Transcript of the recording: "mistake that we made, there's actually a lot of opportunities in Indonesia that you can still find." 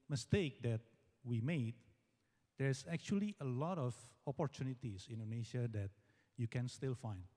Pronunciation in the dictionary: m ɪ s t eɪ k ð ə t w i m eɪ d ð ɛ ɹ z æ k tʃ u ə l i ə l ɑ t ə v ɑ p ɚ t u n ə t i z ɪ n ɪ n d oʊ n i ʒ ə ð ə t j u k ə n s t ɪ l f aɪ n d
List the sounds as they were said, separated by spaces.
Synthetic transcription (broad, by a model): m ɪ s t eɪ k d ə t w i m eɪ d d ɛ ɹ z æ k tʃ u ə l i ə l ɑ t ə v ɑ p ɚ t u n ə t i s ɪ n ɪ n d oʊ n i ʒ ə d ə t j u k ə n s t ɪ l f aɪ n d